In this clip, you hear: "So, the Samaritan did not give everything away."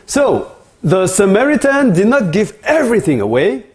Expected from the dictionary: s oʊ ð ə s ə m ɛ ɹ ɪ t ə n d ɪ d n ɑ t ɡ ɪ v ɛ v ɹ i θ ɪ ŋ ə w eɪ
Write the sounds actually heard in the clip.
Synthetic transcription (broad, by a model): s oʊ ð ə s ə m ɛ ɹ ɪ t ə n d ɪ d n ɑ t ɡ ɪ v ɛ v ɹ i θ ɪ ŋ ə w eɪ